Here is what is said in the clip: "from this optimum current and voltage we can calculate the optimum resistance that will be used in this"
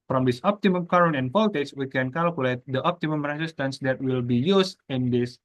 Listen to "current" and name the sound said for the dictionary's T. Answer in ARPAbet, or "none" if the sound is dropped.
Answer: none